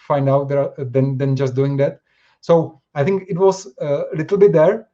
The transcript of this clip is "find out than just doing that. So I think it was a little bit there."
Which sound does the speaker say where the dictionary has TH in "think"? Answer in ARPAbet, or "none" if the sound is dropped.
T